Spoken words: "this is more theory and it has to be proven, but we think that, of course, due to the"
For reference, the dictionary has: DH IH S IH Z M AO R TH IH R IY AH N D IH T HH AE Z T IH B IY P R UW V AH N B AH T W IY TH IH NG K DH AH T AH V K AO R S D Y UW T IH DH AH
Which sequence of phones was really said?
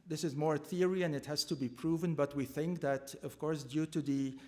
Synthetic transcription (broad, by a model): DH IH S IH Z M AO R TH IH R IY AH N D IH T HH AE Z T IH B IY P R UW V AH N B AH T W IY TH IH NG K DH AH T AH V K AO R S D Y UW T IH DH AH